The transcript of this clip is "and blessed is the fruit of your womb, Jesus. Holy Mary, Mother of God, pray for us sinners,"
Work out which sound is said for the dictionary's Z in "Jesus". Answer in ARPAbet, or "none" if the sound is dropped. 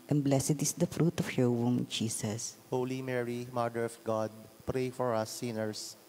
S